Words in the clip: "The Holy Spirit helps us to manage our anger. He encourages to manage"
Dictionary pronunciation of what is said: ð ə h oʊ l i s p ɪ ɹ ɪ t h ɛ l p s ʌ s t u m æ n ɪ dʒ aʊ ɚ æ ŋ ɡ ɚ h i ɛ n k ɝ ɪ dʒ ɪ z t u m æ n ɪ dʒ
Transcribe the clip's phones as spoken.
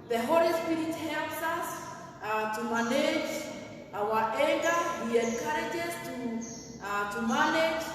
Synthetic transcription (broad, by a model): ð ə h oʊ l i s p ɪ ɹ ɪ t h ɛ l p s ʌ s t u m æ n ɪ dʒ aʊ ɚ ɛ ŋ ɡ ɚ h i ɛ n k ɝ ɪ dʒ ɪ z t u m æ n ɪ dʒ